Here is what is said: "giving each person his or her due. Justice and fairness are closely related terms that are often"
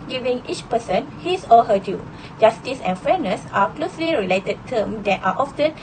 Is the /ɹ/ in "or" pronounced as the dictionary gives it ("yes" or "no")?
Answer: no